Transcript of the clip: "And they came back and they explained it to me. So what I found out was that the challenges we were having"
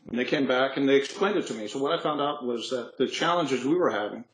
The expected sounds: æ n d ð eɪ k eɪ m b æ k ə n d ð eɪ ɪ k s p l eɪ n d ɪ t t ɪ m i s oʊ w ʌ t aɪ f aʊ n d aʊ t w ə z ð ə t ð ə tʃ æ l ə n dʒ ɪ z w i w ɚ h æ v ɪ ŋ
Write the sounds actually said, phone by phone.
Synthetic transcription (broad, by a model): n ð eɪ k eɪ m b æ k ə n ð eɪ ɪ k s p l eɪ n d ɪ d t ɪ m i s oʊ w ʌ t aɪ f aʊ n d aʊ t w ə z ð ə t ð ə tʃ æ l ə n dʒ ɪ z w i w ɚ h æ v ɪ ŋ